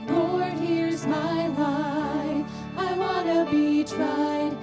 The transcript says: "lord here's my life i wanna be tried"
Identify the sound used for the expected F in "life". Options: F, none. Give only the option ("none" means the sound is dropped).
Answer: none